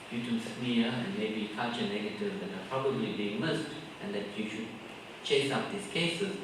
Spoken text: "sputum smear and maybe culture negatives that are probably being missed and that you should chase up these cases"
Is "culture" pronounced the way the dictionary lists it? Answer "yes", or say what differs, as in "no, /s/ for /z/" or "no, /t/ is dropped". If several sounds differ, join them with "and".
no, /l/ is dropped